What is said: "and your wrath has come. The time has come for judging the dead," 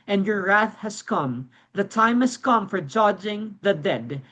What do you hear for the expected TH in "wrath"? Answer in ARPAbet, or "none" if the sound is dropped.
TH